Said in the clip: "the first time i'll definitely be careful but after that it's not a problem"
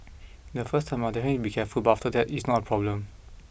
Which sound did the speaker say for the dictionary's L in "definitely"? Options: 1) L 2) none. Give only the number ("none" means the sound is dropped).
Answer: 2